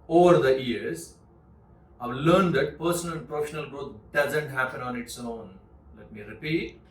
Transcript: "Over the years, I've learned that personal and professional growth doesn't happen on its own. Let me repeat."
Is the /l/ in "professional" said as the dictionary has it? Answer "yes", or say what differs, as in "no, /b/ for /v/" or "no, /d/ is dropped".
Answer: yes